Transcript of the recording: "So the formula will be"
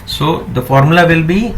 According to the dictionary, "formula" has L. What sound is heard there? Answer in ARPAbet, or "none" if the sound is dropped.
L